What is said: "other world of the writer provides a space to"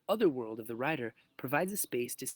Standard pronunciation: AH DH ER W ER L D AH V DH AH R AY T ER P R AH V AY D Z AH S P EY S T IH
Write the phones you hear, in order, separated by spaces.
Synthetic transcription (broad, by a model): AH DH ER W ER L D AH V DH AH R AY T ER P R AH V AY D Z AH S P EY S T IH